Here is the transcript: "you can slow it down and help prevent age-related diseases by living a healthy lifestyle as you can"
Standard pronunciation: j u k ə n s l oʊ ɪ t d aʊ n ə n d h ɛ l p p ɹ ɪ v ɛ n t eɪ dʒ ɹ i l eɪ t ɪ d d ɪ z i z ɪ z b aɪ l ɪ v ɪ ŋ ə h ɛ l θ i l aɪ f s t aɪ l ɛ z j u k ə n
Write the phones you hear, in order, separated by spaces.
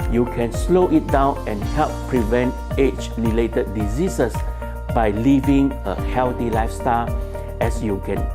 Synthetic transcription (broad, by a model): j u k ə n s l oʊ ɪ t d aʊ n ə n h ɛ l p p ɹ ɪ v ɛ n t eɪ tʃ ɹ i l eɪ t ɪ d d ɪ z i s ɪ s b aɪ l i v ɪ ŋ ə h ɛ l t i l aɪ f s t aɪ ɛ s j u k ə n